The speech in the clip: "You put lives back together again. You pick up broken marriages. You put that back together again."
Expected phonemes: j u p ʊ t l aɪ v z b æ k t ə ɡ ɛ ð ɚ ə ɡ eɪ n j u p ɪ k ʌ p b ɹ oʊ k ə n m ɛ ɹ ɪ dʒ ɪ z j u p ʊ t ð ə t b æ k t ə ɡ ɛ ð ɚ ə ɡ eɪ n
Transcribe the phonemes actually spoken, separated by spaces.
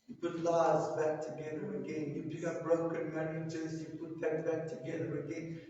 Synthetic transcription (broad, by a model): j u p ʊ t l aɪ z b æ k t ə ɡ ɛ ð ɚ ə ɡ eɪ n j u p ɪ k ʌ b ɹ oʊ k ə n m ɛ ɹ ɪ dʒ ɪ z j u p ʊ t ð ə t b æ k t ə ɡ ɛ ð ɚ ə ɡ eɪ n